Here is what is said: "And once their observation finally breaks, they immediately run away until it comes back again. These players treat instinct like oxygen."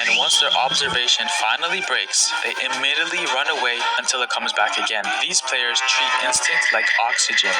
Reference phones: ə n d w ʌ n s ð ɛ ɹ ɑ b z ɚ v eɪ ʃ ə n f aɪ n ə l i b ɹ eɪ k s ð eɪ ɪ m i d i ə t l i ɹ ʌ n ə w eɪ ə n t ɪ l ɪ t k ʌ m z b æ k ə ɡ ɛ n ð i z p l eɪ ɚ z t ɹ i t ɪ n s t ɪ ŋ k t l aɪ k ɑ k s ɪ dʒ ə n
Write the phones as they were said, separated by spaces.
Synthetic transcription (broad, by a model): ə n w ʌ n s ð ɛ ɹ ɑ b z ɚ v eɪ ʃ ə n f aɪ n l i b ɹ eɪ k s ð eɪ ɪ m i d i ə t l i ɹ ʌ n ə w eɪ ə n t ɪ l ɪ t k ʌ m z b æ k ə ɡ ɛ n ð i z p l eɪ ɚ z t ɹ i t ɪ n s t ɪ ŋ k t l aɪ k ɑ k s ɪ dʒ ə n